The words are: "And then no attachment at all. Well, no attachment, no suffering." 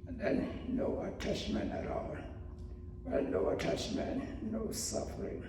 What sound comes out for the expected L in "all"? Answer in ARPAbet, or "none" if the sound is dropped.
N